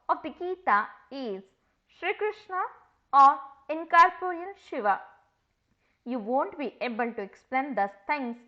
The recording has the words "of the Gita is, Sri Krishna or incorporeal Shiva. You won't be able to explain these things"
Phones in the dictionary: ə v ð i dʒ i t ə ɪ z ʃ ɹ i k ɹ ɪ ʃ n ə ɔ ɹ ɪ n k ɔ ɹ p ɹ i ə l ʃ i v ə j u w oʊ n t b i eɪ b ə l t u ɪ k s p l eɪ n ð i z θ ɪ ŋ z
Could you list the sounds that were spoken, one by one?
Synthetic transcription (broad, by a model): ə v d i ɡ i t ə ɪ z ʃ ɹ i k ɹ ɪ ʃ n ə ɔ ɹ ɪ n k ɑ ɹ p ɹ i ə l ʃ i v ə j u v oʊ n t b i eɪ b ə l t u ɪ k s p l eɪ n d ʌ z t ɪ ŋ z